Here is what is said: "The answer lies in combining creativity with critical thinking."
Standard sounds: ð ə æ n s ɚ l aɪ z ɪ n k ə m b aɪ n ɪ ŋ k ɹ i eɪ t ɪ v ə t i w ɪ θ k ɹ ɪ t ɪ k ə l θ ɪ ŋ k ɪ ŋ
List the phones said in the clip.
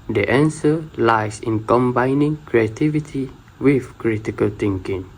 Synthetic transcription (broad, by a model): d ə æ n s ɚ l aɪ s ɪ n k ə m b aɪ n ɪ ŋ k ɹ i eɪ t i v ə t i w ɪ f k ɹ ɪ t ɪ k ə l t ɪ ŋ k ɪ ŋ